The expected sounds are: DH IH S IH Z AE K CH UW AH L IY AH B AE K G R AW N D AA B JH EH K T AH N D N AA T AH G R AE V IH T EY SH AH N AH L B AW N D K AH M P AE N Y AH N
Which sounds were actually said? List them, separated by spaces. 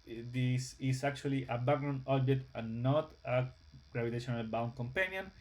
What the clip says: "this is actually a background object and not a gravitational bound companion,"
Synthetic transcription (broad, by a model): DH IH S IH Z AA K CH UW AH L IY AH B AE G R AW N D AA B JH EH K T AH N N AA T AH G R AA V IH T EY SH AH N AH L B AW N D K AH M P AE N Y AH N